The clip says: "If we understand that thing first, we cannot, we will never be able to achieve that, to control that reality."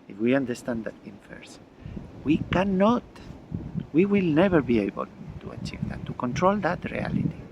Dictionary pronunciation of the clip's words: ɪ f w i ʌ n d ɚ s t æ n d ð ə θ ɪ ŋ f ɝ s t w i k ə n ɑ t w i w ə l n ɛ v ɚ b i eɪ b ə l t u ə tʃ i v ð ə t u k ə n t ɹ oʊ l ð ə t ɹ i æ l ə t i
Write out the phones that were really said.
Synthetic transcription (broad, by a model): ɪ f w i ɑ n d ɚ s t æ n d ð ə t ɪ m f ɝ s w i k ə n ɑ t w i w ə l n ɛ v ɚ b i eɪ b ə l t u ə tʃ i v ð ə t u k ə n t ɹ oʊ l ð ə t ɹ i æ l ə t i